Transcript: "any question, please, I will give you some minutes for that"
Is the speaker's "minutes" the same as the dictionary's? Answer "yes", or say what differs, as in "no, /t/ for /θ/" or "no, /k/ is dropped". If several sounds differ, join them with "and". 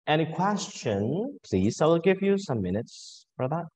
yes